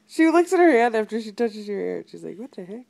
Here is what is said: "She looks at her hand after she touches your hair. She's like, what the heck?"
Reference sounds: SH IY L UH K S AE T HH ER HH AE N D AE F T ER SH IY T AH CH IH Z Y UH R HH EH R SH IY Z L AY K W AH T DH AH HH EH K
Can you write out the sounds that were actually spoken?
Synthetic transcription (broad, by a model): SH IY L UH K S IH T HH ER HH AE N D AE F T ER SH IY T AH CH IH Z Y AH R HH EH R SH IY Z L AY K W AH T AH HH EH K